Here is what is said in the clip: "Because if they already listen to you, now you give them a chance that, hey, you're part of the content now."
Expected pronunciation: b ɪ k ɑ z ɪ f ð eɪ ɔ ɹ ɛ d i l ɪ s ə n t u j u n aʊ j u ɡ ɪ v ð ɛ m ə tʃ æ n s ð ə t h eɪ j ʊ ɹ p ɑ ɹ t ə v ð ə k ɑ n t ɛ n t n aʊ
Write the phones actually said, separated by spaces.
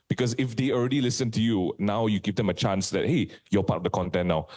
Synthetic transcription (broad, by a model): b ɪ k ɑ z ɪ f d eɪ ɔ ɹ ɛ d i l ɪ s ə n t u j u n aʊ j u ɡ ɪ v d ɛ m ə tʃ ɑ n s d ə t h eɪ j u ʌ p ɑ t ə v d ə k ɑ n t ɛ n n aʊ